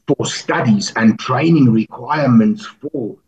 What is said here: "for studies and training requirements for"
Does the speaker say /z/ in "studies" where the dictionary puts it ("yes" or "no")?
yes